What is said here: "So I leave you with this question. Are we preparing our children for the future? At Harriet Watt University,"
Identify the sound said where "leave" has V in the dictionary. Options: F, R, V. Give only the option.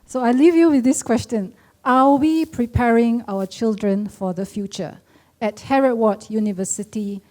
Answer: V